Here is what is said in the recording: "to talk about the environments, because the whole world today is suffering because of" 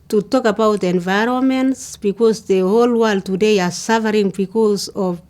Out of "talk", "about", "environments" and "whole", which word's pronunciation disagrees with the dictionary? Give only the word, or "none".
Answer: none